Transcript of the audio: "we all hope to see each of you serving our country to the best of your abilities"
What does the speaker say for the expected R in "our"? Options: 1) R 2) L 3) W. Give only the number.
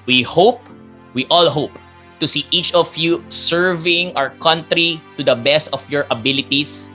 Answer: 1